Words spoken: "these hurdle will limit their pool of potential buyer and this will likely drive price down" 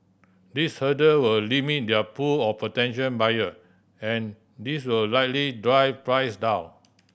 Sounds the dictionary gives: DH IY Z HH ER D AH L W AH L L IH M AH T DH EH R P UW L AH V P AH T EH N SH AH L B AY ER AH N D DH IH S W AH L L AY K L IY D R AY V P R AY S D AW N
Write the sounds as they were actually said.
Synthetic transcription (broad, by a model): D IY S HH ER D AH W AH L L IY M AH T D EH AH P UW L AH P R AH T EH N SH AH N B AY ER AH N D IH S W AH L L AY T L IY D R AY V P R AY S D AW N